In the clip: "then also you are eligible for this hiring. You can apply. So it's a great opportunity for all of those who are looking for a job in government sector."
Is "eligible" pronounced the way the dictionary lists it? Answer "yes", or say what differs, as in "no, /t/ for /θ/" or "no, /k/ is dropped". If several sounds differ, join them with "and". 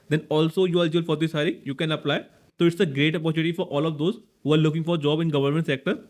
no, /b/ is dropped